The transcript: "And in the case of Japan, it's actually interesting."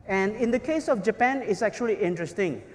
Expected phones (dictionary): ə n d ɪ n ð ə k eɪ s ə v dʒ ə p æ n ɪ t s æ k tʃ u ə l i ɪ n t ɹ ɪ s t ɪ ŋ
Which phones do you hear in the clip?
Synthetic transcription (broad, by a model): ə n d ɪ n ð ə k eɪ s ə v dʒ ə p æ n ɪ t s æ k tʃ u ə l i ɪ n t ɹ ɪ s t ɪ ŋ